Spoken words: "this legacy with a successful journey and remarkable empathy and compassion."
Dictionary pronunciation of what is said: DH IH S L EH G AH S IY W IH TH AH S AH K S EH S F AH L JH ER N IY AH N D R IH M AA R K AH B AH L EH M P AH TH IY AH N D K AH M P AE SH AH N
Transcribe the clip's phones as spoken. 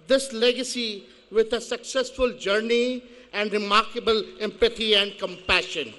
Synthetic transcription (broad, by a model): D IH S L EH G AH S IY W IH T AH S AH K S EH S F AH L JH ER N IY AH N D R IH M AA R K AH B AH L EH M P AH T IY AH N D K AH M P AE SH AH N